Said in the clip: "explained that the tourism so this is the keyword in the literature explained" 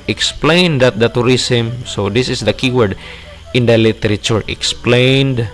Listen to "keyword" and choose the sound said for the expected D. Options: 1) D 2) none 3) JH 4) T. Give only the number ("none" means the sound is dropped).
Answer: 1